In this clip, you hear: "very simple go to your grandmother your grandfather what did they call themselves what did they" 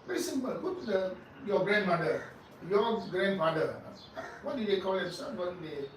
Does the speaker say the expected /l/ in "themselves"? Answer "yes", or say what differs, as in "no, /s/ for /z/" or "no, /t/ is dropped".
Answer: no, /l/ is dropped